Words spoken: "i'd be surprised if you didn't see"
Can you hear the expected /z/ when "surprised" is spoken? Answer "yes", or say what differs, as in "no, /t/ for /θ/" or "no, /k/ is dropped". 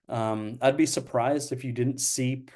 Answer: yes